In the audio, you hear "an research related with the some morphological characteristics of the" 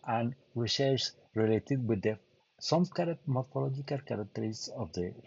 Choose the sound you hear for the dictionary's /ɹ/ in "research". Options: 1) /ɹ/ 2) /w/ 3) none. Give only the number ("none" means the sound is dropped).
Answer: 2